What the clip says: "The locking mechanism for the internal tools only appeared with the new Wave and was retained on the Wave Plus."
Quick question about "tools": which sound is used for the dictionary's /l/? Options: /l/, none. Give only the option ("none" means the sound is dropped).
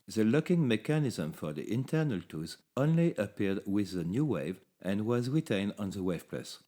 none